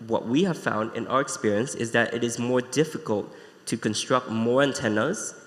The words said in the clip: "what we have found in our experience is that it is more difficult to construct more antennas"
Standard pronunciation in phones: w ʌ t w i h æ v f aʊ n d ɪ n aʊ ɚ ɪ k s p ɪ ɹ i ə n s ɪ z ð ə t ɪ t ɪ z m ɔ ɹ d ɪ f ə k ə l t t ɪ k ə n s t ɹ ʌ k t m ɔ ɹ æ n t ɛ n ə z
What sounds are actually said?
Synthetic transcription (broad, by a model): w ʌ t w i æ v f aʊ n d ɪ n aʊ ɚ ɪ k s p ɪ ɹ i ə n s ɪ z ð ə t ɪ t ɪ z m ɔ ɹ d ɪ f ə k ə l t t ɪ k ə n s t ɹ ʌ k t m ɔ ɹ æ n t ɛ n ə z